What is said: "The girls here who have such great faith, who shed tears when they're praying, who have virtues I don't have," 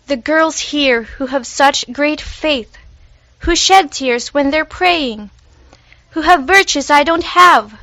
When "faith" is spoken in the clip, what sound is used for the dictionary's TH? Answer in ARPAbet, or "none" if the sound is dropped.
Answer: TH